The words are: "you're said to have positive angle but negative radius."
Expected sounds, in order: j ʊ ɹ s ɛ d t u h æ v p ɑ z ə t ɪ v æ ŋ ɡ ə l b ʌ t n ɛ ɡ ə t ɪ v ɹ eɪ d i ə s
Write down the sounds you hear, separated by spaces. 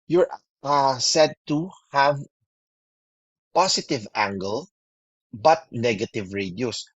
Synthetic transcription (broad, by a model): j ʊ ɹ s ɛ d t u h æ v p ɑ s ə t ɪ v æ ŋ ɡ ə l b ʌ t n ɛ ɡ ə t ɪ v ɹ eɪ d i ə s